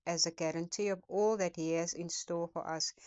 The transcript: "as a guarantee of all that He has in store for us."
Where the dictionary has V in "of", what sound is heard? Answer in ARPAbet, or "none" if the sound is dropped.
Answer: P